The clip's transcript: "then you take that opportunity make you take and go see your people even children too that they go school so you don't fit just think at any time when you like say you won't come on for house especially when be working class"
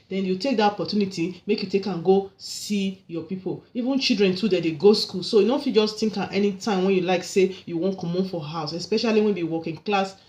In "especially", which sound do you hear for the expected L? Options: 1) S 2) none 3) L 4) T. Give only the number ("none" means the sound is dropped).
3